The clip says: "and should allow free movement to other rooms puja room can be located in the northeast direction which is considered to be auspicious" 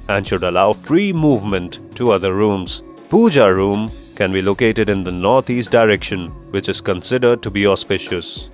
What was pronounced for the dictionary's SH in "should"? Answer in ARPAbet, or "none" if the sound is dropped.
SH